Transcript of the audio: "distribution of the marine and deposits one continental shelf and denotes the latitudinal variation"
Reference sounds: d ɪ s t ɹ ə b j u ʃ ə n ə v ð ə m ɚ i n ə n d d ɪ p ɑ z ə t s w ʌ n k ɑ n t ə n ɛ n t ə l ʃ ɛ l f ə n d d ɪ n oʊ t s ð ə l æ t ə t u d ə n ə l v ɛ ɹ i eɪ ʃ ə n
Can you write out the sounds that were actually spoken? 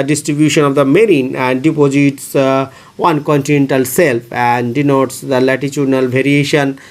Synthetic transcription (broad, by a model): d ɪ s t ɹ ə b j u ʃ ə n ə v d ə m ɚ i n ə n d d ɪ p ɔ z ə t s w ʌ n k ɑ n t ə n ɛ n t ə l s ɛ l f ə n d d ɪ n oʊ t s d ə l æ t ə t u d n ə l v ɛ ɹ i eɪ ʃ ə n